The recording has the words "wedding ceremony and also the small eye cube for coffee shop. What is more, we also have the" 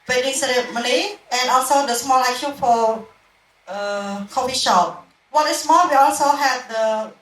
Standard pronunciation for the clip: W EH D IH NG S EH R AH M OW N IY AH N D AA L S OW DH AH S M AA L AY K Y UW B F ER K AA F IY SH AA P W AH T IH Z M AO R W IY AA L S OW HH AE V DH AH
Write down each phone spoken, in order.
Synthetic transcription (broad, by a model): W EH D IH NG S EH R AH M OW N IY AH N AA L S OW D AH S M AA L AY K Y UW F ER K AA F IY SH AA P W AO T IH S M AO L W IY AA L S OW HH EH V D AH